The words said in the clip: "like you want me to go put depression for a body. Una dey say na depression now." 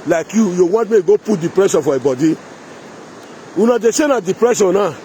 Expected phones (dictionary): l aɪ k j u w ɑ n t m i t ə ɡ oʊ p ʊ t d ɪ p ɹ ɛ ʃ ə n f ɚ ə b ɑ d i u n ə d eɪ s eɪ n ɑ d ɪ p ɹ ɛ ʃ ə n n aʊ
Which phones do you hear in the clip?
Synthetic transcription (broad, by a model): l aɪ k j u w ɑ t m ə ɡ oʊ p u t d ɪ p ɹ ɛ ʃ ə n f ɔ ə b ɑ d i u n ə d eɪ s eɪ n ɑ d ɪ p ɹ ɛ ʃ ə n n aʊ